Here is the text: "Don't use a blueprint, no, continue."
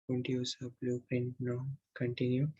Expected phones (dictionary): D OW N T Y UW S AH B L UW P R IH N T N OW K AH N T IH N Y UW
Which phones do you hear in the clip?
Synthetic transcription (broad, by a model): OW N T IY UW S AH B L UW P EH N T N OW K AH N T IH N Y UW